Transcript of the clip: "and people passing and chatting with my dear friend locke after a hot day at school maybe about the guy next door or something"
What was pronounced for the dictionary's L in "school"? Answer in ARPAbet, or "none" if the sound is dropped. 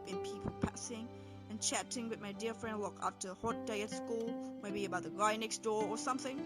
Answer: L